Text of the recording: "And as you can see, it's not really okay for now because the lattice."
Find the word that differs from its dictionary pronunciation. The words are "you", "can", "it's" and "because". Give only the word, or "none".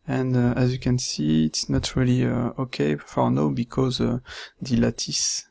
none